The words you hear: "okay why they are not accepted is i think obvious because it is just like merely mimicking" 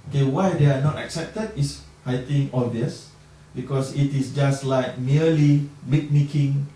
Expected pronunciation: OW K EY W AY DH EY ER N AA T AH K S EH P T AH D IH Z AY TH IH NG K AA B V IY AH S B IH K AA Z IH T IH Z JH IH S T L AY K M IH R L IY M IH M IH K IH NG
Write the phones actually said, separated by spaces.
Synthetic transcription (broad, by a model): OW K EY W AY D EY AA N AA T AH K S EH P T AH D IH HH AY T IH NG AA V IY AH S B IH K AA S IH T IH S JH IH S T L AY K M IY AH L IY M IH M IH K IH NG